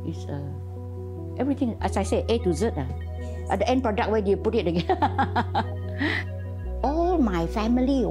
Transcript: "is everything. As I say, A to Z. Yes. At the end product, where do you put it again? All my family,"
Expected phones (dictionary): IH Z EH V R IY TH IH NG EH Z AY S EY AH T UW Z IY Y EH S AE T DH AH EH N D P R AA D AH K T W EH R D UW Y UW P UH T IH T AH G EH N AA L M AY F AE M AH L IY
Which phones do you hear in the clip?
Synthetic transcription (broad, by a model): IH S EH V R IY T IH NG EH S AY S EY AH T UW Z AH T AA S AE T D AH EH N P R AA D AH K W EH D UW Y UW P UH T IH T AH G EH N AA L M AY F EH M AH L IY